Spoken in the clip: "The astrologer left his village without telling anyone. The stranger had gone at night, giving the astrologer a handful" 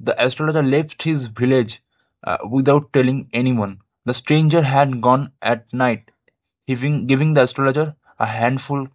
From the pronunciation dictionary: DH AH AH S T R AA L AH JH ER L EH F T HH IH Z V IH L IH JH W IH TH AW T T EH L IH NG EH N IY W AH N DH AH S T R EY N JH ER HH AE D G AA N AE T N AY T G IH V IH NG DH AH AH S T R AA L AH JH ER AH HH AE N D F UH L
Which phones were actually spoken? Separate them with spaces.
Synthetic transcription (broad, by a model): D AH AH S T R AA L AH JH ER L EH F T HH IH Z V IH L IH JH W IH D AW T T EH L IH NG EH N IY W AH N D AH S T R EY N JH ER HH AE D G AA N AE T N AY T G IH V IH NG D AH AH S T R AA L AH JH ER AH HH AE N D F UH L